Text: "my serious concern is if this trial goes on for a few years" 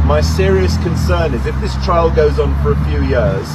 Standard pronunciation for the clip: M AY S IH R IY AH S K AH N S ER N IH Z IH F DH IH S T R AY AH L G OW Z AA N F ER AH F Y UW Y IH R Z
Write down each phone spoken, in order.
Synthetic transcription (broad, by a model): M AY S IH R IY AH S K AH N S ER N IH Z IH F DH IH S T R AY AH L G OW Z N F ER AH F Y UW Y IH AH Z